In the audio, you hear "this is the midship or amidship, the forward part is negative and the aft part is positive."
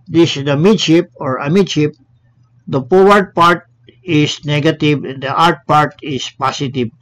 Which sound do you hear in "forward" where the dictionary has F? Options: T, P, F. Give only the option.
P